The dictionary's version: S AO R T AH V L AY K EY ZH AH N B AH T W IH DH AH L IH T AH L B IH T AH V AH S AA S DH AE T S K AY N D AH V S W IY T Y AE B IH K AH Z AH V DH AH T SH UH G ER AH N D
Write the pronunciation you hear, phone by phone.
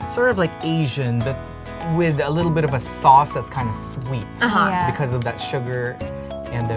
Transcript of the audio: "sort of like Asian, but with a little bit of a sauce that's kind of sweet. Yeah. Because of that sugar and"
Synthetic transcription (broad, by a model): S AO R T AH V L AY K EY ZH AH N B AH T W IH DH AH L IH T L B IH T AH V AH S AA S DH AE T S K AY N D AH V S W IY T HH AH B IH K AH Z AH V DH AH T SH UH G ER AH N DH